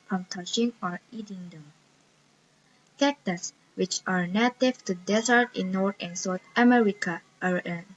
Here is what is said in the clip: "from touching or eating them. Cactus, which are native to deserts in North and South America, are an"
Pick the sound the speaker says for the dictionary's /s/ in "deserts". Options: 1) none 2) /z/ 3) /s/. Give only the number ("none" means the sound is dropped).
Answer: 1